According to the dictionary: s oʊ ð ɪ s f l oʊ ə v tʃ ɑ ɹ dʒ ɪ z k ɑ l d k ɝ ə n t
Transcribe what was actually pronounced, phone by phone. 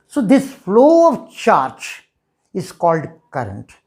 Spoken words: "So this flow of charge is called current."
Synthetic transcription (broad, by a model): s oʊ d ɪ s f l oʊ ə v tʃ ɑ ɹ tʃ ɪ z k ɑ l d k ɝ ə n t